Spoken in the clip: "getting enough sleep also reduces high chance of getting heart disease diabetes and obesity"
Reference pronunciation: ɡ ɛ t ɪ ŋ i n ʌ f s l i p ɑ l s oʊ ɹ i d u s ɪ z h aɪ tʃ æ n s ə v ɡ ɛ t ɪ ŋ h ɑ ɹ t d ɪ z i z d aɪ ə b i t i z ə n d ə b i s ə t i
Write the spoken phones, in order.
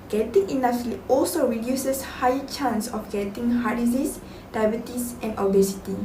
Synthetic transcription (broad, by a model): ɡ ɛ t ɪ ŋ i n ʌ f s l i ɑ l s oʊ ɹ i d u s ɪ s h aɪ tʃ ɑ n s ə f ɡ ɛ t ɪ ŋ h ɑ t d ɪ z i s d aɪ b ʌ t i s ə n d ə b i s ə t i